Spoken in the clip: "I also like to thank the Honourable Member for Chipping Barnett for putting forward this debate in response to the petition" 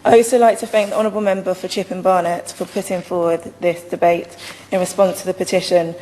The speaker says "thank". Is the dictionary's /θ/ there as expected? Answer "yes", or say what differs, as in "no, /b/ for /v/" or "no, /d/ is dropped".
yes